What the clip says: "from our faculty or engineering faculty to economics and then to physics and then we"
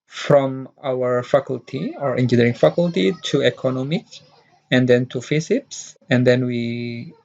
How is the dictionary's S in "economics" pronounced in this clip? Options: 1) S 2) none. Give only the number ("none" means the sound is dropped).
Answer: 2